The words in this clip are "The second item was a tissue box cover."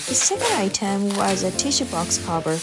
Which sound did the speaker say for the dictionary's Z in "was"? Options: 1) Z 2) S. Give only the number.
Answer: 1